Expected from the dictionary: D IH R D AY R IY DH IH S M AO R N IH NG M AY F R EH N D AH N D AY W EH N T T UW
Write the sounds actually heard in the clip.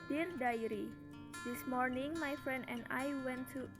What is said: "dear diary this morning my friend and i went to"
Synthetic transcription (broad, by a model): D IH R D AY R IY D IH S M AO R N IH NG M AY F R EH N D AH N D AY W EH N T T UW